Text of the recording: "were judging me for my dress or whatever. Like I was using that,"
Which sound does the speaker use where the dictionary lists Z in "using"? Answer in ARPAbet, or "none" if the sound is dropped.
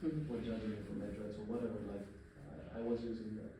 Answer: Z